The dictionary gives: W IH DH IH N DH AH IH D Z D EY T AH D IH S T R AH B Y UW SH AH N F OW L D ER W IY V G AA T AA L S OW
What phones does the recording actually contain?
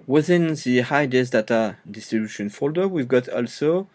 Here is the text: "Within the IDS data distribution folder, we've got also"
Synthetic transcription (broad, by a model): W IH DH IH N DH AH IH D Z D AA T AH D IH S T R AH B Y UW SH AH N F OW L D ER W IY V G AA T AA L S OW